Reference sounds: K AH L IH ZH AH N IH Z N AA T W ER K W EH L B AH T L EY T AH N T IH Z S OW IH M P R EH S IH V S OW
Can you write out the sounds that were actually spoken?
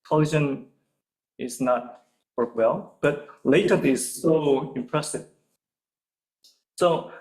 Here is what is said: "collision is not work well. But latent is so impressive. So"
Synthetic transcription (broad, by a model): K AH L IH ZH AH N IH Z N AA T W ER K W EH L B AH T L EY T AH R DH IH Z S OW IH M P R EH S IH V S OW